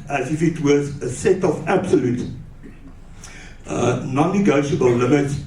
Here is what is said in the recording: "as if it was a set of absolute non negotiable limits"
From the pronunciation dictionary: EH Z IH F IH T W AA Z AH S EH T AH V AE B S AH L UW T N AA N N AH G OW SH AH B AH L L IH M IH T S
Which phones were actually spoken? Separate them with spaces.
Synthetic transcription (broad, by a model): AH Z IH F IH T W AA Z AH S EH T AH V AE B S AH L UW T N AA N N AH G OW SH AH B AH L L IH M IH T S